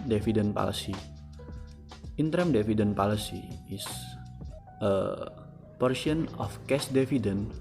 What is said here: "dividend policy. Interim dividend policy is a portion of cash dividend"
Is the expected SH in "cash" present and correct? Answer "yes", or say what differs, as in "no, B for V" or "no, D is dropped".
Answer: no, S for SH